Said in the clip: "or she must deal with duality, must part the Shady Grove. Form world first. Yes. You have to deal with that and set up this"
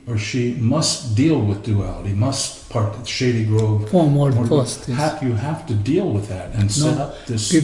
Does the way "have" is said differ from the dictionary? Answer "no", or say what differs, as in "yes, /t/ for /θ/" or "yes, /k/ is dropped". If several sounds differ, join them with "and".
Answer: yes, /f/ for /v/